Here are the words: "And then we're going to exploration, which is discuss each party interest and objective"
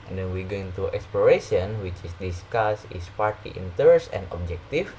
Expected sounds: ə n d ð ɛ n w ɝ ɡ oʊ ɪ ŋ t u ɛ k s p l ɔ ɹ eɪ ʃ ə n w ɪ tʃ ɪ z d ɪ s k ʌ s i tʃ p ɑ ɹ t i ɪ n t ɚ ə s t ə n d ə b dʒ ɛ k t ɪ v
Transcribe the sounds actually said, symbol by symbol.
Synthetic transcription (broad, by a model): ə n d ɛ n w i ɡ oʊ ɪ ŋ t u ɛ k s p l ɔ ɹ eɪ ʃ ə n w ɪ tʃ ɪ s d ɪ s k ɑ s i s p ɑ ɹ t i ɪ n t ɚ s ə n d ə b dʒ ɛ k t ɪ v